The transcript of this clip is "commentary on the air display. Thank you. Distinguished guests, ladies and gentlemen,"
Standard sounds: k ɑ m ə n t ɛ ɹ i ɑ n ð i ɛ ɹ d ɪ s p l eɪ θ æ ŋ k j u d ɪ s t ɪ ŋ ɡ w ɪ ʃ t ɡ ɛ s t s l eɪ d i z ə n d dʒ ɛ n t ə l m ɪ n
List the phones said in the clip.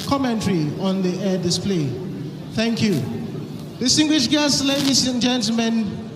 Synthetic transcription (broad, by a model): k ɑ m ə n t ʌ ɹ i ɑ n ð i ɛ d ɪ s p l eɪ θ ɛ ŋ k j u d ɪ s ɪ ŋ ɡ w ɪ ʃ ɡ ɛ s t l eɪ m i s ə n dʒ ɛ n t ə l m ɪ n